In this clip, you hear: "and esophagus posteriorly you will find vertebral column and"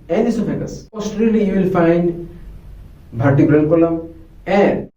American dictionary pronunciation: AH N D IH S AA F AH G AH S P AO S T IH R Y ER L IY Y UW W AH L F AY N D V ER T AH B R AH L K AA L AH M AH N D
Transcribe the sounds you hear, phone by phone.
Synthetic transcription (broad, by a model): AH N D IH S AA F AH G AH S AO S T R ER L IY Y UW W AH L F AY N D B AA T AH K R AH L K AA L AH M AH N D